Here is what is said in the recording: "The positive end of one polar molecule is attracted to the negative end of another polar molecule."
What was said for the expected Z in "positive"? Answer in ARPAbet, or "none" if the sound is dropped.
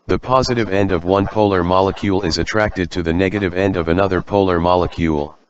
Z